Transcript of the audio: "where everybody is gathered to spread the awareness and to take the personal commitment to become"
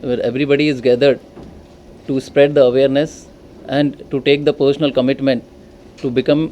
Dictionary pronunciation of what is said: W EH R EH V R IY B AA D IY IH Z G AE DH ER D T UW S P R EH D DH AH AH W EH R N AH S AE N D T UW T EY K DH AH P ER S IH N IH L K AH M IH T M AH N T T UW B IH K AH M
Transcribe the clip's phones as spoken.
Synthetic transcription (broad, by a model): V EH R EH V R IY B AA D IY IH Z G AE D ER D T UW S P R EH D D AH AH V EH R N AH S AE N D T UW T EY K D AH P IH SH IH N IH L K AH M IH T M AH N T T UW B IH K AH M